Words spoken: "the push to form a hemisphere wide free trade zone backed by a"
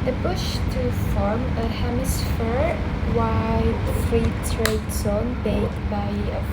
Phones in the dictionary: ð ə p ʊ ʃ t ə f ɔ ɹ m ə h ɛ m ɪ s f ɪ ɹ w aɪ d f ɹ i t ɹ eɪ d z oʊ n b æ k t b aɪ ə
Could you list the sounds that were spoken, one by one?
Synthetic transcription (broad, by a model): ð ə b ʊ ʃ t ə f ɔ ɹ m ə h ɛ m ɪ s f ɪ ɹ w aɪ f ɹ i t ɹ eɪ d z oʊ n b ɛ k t b aɪ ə